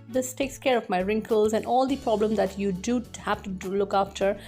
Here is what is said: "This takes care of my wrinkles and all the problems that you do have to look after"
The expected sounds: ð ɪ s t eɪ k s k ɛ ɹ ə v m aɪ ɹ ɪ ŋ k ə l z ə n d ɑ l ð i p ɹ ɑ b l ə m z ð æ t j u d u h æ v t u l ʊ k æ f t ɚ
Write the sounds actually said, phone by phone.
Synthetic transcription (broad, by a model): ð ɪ s t eɪ k s k ɛ ɹ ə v m aɪ ɹ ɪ ŋ k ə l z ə n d ɑ l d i p ɹ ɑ b l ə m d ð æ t j u d u h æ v t u l ʊ k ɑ f t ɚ